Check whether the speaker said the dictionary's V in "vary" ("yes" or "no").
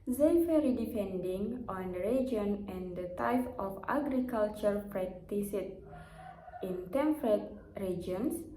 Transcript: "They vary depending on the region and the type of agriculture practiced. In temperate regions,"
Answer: no